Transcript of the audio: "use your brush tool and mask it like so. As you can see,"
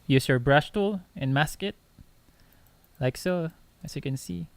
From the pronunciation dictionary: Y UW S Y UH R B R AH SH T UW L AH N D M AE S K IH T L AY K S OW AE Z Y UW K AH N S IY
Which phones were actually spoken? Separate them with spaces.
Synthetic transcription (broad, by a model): Y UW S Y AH R B R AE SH T UW L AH N M AE S K IH T L AY K S OW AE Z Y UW K AH N S IY